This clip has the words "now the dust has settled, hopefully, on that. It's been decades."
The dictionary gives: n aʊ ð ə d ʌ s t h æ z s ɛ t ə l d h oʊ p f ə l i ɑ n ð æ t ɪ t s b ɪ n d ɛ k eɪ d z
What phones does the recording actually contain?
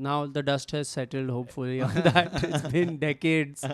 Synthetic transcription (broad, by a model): n aʊ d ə d ʌ s t h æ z s ɛ t ə l d h oʊ p f ə l i ɑ n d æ t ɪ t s b ɪ n d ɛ k eɪ d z